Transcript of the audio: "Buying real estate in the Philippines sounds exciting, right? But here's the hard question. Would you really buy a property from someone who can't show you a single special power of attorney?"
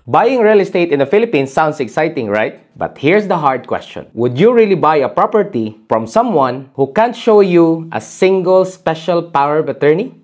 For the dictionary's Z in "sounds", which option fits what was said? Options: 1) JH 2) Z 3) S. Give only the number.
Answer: 3